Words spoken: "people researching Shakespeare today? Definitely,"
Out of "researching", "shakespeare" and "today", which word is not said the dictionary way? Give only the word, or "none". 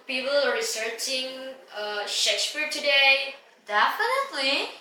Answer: none